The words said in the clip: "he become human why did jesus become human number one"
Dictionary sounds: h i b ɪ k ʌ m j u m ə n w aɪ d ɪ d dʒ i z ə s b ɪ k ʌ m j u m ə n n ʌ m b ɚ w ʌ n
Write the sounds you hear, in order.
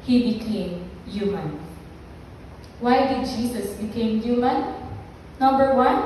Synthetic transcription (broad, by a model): h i b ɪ k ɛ m j u m ə n w aɪ d ɪ d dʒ i s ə s b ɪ k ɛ m j u m ə n n ʌ m b ɚ w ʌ n